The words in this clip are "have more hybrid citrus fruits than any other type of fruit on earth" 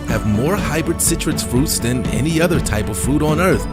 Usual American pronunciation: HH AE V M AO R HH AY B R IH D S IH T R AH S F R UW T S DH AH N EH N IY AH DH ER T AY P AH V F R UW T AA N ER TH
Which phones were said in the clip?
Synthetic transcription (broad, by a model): HH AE V M AO R HH AY B R IH D S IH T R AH S F R UW T S DH AH N EH N IY AH DH ER T AY P AH V F R UW T N ER TH